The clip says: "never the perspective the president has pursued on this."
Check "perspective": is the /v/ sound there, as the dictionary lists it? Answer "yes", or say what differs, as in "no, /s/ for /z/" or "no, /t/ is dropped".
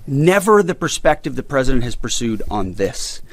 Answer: yes